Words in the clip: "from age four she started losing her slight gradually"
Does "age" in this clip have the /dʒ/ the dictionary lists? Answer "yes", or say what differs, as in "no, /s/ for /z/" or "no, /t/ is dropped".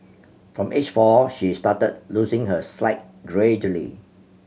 no, /tʃ/ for /dʒ/